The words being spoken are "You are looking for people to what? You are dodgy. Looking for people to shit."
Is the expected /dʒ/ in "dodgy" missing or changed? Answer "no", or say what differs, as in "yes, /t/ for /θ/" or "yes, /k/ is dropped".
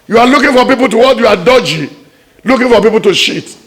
no